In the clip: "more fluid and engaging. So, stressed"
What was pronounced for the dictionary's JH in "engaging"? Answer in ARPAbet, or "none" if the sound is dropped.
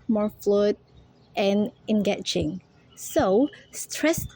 CH